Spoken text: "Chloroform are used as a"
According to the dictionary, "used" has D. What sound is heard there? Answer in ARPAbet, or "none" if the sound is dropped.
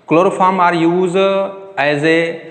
none